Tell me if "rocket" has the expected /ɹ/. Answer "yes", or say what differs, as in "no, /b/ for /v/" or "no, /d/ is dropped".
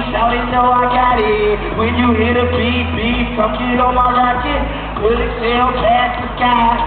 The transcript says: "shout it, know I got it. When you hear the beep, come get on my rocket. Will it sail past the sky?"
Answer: no, /l/ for /ɹ/